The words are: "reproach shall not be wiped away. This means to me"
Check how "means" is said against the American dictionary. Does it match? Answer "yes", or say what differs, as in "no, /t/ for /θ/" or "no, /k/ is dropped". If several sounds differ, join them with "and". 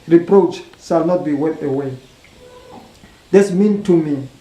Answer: no, /z/ is dropped